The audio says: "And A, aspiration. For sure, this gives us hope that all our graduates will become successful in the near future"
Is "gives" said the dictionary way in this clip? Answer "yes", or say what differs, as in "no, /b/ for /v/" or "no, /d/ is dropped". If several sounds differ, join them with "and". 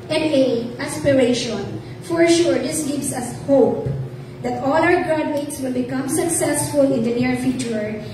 no, /s/ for /z/